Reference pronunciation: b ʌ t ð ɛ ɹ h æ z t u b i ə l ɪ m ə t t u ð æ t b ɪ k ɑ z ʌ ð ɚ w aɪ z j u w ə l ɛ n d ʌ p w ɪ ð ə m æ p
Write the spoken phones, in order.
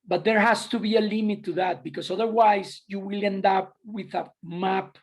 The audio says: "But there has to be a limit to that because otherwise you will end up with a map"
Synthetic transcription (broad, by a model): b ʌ t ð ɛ ɹ h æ s t u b i ə l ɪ m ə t t u ð æ t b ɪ k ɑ s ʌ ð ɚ w aɪ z j u w ə l ɛ n d ʌ p w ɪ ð ə m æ p